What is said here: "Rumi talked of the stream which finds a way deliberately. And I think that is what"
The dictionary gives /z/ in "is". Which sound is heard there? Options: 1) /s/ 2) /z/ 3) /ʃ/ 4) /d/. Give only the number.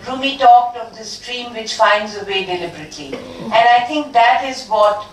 2